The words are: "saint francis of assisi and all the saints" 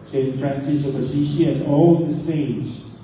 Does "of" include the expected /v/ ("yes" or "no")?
no